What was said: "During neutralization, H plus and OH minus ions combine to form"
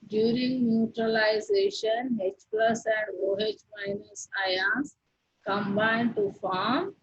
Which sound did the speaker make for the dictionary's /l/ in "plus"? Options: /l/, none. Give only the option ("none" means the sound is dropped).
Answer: /l/